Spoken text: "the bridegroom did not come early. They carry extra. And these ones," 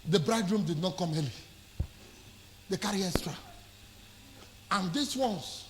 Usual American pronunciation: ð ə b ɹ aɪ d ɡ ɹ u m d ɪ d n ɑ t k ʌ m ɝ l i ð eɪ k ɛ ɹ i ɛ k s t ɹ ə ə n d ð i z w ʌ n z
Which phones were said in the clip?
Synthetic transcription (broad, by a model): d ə b ɹ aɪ d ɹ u m d ɪ d n ɑ t k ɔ m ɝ l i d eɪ k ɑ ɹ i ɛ s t ɹ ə ə n d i s w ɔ n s